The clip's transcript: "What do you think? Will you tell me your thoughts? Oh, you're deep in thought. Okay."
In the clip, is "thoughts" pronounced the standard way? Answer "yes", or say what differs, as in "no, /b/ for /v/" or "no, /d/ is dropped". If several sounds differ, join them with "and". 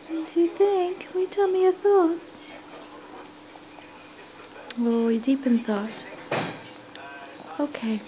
yes